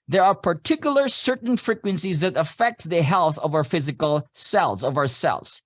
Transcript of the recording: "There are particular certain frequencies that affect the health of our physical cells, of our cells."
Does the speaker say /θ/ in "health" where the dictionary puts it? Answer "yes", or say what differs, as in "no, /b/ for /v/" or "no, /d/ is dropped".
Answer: yes